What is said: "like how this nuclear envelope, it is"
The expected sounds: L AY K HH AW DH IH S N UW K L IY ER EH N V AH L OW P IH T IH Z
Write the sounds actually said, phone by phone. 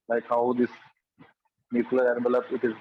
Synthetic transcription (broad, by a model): L AY K HH AW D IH S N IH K L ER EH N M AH L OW B IH T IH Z